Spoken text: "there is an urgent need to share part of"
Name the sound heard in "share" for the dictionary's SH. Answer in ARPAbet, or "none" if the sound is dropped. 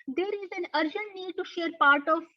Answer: SH